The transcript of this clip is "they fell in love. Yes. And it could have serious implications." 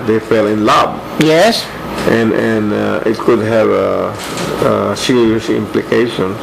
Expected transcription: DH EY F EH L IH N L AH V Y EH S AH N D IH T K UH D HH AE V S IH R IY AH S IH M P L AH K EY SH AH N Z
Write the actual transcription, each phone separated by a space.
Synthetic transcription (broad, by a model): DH EY F EH L IH N L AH B Y EH S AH N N IH T K UH D HH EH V S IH R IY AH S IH M P L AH K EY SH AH N